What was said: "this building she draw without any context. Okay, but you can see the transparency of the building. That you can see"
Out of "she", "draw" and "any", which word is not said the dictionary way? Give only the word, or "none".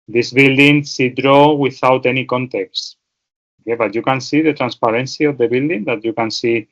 she